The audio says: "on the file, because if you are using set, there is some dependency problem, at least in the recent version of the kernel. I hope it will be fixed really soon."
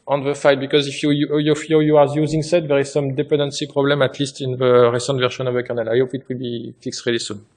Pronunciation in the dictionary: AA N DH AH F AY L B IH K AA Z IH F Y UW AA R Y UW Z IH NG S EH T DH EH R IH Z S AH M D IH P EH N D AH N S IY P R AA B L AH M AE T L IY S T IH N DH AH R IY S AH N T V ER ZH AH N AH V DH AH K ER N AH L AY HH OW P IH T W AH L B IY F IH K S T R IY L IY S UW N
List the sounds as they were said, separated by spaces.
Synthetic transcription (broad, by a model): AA N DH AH F AY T B IH K AA Z IH F Y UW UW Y Y UW Z IH NG S EH T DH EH R IH Z S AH M D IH P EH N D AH N S IY P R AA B L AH M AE T L IY S T IH N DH AH R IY S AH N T V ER SH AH N AH V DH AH K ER N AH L AY HH OW P IH T W AH L B IY F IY K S R IY L IY S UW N